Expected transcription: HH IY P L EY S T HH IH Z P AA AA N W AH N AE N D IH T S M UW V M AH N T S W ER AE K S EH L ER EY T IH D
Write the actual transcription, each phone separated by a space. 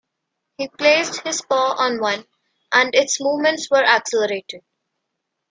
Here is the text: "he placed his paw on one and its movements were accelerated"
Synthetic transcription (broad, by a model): HH IY P L EY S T HH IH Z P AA AA N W AH N AE N D IH T S M UW V M AH N T S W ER AE K S EH L ER EY T IH D